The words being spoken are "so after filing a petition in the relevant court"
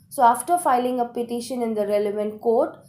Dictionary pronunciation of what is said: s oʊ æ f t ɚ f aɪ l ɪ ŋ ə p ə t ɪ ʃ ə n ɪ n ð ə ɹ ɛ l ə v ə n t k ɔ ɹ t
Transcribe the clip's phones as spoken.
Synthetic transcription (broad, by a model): s oʊ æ f t ɚ f aɪ l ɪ ŋ ə p ə t ɪ ʃ ə n ɪ n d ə ɹ ɛ l ə v ə n t k ɔ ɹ t